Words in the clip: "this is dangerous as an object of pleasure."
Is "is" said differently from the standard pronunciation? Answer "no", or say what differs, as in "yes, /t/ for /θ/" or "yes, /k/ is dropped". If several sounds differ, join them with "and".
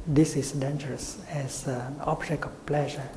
yes, /s/ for /z/